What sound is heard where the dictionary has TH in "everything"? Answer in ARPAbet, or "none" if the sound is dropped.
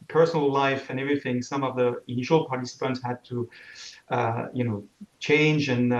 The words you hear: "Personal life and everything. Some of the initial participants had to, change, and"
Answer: TH